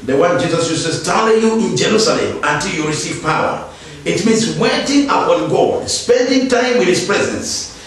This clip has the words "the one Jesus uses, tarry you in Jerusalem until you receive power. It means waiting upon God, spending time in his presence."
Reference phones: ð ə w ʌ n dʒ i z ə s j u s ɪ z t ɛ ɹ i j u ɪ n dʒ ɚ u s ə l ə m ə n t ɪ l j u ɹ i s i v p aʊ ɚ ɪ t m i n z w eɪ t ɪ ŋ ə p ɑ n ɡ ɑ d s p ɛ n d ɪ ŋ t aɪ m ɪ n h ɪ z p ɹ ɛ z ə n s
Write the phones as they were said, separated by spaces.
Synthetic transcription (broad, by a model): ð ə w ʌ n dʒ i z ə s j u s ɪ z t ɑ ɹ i j u ɪ n dʒ ɚ u s ə l ə m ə n t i l j u ɹ i s i v p aʊ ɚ ɪ t m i n s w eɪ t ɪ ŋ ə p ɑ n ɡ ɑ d s p ɛ n d ɪ ŋ t aɪ m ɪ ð h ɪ s p ɹ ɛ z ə n s